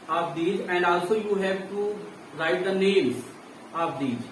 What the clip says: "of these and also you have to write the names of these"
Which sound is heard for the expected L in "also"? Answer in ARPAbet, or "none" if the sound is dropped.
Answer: L